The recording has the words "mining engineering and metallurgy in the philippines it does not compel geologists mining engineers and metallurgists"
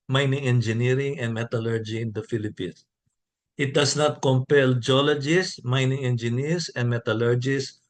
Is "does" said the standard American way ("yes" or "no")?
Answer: no